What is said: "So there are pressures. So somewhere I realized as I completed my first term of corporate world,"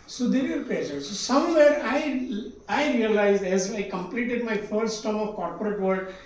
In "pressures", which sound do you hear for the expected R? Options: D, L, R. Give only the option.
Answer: L